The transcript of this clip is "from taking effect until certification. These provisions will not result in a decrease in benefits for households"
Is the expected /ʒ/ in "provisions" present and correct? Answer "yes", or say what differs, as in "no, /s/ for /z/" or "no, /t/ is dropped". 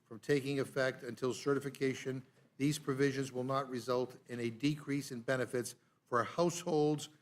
yes